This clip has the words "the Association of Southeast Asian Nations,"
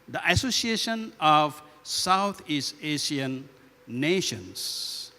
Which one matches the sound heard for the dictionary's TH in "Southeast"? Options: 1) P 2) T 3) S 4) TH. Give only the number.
2